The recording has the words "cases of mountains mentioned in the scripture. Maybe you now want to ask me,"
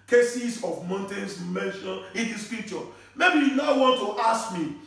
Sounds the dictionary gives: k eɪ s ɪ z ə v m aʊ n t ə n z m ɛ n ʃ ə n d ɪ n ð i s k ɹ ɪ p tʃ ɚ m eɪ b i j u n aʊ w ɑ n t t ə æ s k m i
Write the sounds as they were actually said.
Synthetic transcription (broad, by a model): k eɪ s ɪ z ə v m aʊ n t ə n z m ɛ n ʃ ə n ɪ n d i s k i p tʃ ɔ m eɪ b i j u n aʊ w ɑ n t t ə s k m i